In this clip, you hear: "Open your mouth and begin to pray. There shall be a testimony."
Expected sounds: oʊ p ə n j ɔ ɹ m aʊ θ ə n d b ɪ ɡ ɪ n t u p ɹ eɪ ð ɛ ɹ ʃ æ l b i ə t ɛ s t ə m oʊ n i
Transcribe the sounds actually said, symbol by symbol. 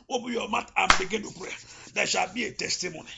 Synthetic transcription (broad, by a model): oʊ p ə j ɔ m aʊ t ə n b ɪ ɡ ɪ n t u p ɹ eɪ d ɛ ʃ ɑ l b i ə t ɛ s t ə m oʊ n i